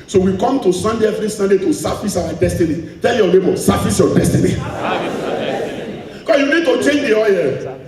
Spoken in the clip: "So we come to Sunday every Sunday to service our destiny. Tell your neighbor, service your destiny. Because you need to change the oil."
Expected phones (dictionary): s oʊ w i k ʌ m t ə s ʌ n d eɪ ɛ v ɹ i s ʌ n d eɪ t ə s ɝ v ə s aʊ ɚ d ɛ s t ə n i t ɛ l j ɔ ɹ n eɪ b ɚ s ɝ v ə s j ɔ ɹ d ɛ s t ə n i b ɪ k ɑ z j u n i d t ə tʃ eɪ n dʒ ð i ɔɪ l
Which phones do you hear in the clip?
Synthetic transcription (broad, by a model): s oʊ w i k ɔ m t ə s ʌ n d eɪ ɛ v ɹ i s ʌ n d eɪ t ə s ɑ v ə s aʊ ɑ d ɛ s t ə n i t ɛ l j ɔ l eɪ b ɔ s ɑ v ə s j ɔ d ɛ s t ə n i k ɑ j u n i d t ə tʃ eɪ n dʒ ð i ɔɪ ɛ